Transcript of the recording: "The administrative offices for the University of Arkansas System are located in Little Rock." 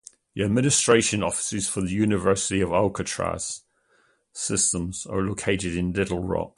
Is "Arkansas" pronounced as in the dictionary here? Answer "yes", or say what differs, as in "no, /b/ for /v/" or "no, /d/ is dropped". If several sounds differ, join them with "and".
no, /l/ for /ɹ/